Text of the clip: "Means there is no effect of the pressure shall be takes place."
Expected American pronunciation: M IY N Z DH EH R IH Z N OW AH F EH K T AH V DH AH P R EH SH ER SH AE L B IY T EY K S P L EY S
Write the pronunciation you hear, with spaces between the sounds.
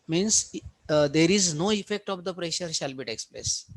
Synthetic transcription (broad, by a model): M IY N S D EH R IH Z N OW AH F EH K T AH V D AH P R EH SH ER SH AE L B IY T EY K S P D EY S